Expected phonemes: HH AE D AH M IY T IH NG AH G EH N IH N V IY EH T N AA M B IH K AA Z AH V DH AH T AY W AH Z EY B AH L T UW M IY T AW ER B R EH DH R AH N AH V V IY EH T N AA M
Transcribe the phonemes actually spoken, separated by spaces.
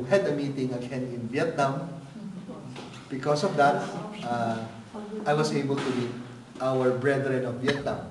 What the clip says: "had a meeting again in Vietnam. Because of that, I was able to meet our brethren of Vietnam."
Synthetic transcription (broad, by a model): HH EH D AH M IY T IH NG AH G EH N IH N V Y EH T N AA M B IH K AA S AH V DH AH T AY W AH S EY B AH L T UW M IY T AW ER B R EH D R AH N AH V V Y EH T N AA M